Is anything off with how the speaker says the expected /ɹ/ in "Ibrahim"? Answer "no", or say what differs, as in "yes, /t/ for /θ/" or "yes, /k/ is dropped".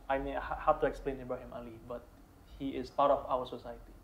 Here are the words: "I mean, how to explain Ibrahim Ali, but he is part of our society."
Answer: yes, /ɹ/ is dropped